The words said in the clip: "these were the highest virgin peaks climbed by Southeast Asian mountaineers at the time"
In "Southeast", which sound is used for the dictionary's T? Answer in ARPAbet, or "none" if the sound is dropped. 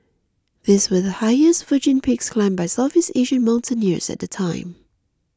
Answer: none